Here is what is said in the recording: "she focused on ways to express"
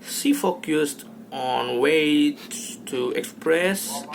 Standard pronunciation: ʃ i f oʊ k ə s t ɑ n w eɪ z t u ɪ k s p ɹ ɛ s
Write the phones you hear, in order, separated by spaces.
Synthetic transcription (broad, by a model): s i f oʊ k ə s t ɑ n w eɪ t u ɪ k s p ɹ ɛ s